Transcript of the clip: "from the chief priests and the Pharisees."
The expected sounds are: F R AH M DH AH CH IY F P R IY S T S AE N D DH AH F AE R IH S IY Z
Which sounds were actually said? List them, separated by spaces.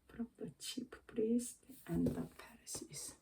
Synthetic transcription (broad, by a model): F R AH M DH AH CH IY P P R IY S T AE N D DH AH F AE R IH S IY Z